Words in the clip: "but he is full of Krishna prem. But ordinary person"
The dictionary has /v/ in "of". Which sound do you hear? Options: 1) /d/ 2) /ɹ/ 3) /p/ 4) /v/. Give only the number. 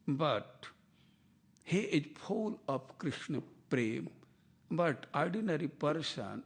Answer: 3